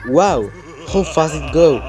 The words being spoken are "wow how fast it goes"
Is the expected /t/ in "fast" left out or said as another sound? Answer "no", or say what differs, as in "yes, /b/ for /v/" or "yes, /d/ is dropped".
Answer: yes, /t/ is dropped